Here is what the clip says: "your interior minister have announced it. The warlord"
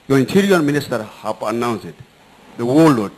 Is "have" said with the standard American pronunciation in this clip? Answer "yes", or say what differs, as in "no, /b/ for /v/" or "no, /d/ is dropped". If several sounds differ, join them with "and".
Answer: no, /p/ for /v/